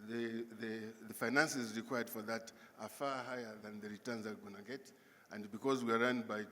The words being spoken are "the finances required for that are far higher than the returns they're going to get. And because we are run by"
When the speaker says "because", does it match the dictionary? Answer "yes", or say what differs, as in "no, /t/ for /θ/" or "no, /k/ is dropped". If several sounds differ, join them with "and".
yes